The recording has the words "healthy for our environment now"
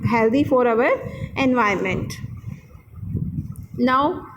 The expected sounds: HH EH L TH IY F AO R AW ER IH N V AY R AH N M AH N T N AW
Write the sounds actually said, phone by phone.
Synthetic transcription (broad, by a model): HH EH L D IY F AO R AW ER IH N V AY AH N M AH N T N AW